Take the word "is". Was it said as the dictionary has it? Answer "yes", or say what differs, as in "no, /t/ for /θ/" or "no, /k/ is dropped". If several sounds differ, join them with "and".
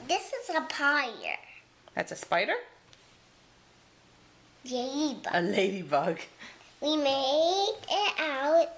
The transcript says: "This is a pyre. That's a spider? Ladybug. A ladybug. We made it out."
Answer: yes